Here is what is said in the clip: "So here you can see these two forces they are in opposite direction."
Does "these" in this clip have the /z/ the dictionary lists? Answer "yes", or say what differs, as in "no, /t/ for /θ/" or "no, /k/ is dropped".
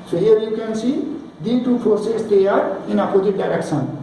no, /z/ is dropped